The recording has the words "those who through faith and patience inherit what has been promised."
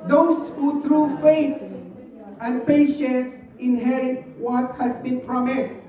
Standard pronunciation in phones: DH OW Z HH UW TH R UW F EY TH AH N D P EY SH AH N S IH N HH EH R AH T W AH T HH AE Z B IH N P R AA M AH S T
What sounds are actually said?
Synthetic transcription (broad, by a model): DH OW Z HH UW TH R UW F EY S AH N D P EY SH AH N S IH N HH EH R AH T W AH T HH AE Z B IH N P R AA M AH S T